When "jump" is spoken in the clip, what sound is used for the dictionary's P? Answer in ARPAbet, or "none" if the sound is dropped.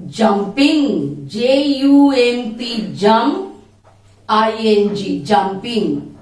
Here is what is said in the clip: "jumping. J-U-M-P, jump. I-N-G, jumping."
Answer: none